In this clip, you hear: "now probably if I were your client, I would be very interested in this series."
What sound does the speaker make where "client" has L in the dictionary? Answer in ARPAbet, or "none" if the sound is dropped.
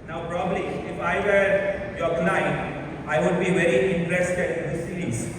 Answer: N